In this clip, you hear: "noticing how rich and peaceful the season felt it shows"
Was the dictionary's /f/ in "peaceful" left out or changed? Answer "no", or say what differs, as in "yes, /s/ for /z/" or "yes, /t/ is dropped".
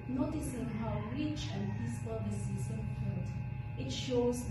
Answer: yes, /p/ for /f/